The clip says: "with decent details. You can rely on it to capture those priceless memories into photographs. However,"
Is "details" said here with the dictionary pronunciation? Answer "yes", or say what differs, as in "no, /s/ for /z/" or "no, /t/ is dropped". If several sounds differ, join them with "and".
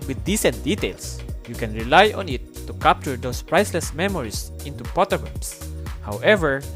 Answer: no, /s/ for /z/